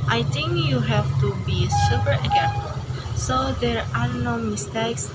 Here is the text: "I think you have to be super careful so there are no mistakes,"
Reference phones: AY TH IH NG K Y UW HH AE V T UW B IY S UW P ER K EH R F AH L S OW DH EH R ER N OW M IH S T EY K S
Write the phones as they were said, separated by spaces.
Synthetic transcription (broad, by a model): AY T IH NG K Y UW HH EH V T UW B IY S UW P ER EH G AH N S OW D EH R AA N OW M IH S T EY K S